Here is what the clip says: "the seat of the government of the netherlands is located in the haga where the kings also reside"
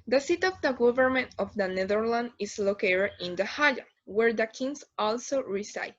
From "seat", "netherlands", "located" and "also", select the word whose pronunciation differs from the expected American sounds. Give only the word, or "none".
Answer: netherlands